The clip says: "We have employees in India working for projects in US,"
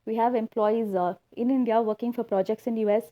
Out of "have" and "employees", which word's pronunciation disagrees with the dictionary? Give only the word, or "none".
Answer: none